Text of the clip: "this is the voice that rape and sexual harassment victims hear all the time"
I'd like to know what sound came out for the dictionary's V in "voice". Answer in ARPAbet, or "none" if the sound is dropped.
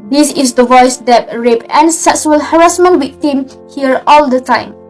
V